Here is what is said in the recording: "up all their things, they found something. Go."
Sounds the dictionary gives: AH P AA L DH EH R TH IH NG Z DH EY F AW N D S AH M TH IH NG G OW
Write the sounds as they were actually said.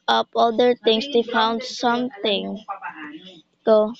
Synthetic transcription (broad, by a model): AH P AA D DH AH R T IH NG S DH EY F AW N D S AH M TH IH NG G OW